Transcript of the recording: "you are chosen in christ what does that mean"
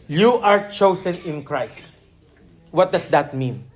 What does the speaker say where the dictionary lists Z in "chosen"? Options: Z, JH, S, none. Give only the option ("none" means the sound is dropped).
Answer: S